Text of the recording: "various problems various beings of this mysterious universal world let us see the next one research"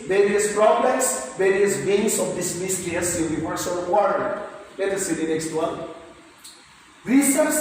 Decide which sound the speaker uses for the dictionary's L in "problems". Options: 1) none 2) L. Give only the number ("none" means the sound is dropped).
1